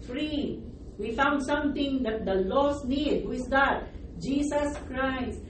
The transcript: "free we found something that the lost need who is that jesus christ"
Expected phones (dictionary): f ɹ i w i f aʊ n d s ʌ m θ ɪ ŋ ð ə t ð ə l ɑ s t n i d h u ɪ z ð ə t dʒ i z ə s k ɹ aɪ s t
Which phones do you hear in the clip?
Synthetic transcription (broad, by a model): f ɹ i w i f aʊ n d s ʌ m t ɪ ŋ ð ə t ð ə l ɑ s n i d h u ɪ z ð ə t dʒ i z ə s k ɹ aɪ s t